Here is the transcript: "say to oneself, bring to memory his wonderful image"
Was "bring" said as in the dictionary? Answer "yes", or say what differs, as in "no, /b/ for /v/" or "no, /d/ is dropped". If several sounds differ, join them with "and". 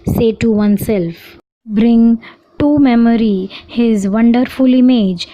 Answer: yes